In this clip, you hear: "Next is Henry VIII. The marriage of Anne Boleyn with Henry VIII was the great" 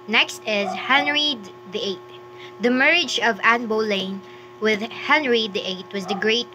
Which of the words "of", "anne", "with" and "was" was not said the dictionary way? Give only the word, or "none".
none